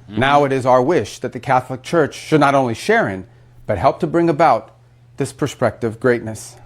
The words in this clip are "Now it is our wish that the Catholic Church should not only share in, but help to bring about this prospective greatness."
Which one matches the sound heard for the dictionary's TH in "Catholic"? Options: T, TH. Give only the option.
TH